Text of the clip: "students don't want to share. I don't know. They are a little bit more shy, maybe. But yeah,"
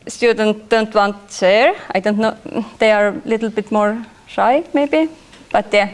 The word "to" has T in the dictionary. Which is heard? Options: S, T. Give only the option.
S